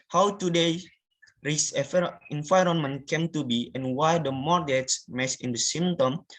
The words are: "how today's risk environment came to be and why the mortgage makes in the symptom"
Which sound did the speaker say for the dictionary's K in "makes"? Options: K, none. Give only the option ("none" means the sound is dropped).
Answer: none